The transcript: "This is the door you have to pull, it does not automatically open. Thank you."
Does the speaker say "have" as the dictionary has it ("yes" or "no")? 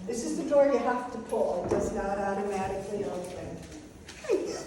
no